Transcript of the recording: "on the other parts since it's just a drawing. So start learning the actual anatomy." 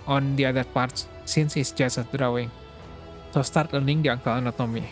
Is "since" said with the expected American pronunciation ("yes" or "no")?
yes